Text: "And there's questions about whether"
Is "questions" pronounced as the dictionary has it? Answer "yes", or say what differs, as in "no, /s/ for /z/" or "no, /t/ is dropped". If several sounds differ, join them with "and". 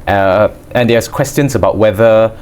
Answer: no, /s/ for /z/